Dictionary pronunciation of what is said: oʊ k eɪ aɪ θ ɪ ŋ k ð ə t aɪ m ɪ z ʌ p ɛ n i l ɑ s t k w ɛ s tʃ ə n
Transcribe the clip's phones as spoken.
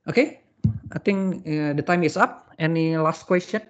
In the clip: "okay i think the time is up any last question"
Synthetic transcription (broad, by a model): oʊ k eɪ aɪ t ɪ ŋ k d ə t aɪ m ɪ s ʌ p ɛ n i l ɑ s t k w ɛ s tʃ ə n